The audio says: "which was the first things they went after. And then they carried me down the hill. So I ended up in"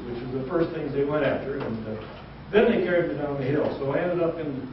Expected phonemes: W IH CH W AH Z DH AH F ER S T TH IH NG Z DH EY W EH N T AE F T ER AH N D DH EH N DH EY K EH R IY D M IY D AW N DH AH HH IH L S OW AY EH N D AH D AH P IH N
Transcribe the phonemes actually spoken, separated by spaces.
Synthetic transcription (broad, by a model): W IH CH W AH Z DH AH F ER S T TH IH NG Z DH EY W EH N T AE F T ER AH N DH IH N DH EY K EH R IY D M IY D AW N DH AH HH IH L S OW AY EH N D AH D AH P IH N